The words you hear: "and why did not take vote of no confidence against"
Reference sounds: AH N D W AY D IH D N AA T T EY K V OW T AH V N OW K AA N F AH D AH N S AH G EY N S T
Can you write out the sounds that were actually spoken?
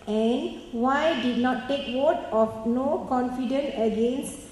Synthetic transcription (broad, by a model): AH N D W AY D IH D N AA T T EY K W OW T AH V N OW K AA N F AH D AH N AH G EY N S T